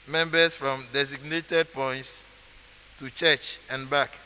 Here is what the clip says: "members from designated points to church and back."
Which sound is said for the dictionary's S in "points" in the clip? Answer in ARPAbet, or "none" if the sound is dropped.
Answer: S